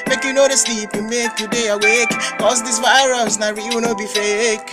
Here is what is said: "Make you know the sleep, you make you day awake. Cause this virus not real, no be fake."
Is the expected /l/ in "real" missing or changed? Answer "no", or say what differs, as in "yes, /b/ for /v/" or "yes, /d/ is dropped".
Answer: yes, /w/ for /l/